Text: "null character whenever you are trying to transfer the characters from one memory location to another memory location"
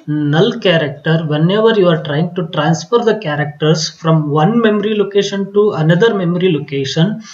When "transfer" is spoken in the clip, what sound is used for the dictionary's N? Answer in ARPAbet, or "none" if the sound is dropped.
N